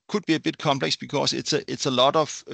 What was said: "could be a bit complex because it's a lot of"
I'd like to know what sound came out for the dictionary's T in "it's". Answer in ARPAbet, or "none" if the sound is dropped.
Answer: S